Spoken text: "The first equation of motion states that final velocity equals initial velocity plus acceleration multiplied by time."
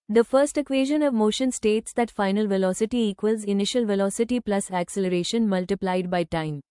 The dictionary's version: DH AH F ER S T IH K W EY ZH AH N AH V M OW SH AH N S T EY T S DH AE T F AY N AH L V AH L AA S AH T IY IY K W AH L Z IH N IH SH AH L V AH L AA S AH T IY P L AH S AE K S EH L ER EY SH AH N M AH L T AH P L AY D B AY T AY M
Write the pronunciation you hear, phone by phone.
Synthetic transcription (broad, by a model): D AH F ER S T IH K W EY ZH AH N AH V M OW SH AH N S T EY T S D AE T F AY N AH L V AH L AA S AH T IY IY K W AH L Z IH N IH SH AH L V AH L AA S AH T IY P L AH S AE K S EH L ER EY SH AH N M AH L T AH P L AY D B AY T AY M